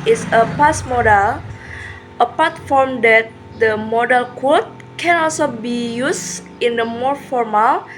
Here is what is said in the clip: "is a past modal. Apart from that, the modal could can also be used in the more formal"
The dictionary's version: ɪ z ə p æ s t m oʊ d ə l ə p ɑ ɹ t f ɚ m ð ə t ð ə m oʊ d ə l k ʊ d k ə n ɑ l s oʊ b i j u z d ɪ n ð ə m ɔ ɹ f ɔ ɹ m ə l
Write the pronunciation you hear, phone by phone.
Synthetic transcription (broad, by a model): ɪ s ə p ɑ s m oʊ d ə l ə p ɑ t f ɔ m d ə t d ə m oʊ d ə l k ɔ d k ə n ɑ l s oʊ b i j u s ɪ n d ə m ɔ ɹ f ɔ ɹ m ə l